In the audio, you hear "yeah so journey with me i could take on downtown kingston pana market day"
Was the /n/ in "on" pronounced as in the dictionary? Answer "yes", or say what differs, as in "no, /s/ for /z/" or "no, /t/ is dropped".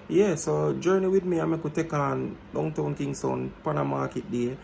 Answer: yes